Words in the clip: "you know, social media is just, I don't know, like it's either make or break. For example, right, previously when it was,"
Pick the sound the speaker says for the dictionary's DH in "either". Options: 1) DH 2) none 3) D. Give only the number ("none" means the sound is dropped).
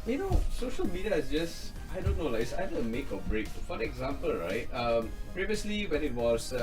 2